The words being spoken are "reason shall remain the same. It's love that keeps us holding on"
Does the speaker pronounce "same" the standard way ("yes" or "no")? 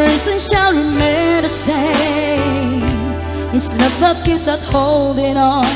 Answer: no